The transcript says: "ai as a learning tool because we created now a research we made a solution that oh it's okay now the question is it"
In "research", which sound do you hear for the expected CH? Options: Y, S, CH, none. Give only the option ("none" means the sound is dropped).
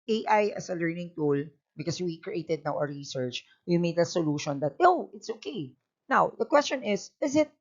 CH